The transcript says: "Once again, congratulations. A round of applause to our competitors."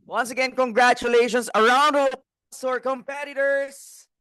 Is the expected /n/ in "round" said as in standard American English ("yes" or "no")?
yes